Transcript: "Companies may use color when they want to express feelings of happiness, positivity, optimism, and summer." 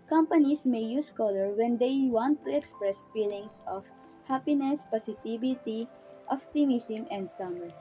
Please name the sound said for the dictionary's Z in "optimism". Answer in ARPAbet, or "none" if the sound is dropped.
S